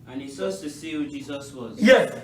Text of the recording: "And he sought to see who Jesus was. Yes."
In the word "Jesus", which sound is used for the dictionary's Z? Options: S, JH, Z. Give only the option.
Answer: Z